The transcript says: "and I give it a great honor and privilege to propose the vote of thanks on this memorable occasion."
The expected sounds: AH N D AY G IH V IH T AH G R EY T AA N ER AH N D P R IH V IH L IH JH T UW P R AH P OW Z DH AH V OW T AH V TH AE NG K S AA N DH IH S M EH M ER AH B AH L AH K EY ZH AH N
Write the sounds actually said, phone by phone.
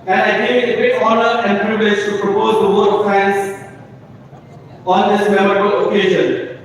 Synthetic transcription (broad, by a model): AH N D AY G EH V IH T AH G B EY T AA N ER AH N D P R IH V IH IH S T UW P R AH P OW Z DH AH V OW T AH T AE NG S AA N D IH S M EH M ER AH B AH L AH K EY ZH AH N